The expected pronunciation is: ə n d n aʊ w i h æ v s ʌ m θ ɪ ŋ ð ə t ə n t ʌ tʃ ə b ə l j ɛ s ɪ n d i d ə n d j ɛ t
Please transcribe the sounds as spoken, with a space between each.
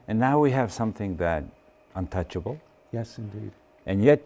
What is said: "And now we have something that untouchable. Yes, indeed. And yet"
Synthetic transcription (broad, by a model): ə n n aʊ w i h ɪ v s ʌ m θ ɪ ŋ ð ə t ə n t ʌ tʃ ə b l j ɛ s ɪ n d i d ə n j ɛ t